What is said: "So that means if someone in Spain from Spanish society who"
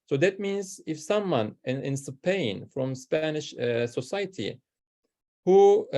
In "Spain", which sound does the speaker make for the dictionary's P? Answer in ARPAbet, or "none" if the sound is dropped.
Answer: P